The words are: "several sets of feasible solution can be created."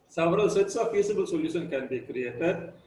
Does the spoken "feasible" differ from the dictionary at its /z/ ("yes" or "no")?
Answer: yes